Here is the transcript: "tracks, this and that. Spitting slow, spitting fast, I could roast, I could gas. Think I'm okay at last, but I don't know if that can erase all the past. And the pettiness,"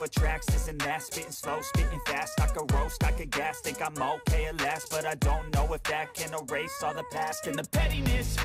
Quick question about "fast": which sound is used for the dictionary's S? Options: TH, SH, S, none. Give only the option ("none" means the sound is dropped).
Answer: S